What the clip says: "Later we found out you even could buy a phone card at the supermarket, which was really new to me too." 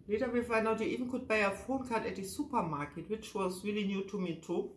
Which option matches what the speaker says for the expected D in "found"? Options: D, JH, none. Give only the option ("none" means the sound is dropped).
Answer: none